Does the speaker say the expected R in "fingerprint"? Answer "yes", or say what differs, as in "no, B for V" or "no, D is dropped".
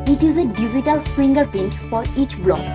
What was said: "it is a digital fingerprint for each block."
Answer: no, R is dropped